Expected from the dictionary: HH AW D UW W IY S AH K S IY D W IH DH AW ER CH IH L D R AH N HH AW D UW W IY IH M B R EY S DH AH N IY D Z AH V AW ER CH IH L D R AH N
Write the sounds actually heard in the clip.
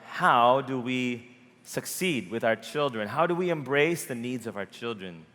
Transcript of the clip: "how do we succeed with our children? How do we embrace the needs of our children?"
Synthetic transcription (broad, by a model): HH AW D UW W IY S AH K S IY D W IH DH AW ER CH IH L D R AH N HH AW D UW W IY IH M B R EY S DH AH N IY D Z AH V AW ER CH IH L D R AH N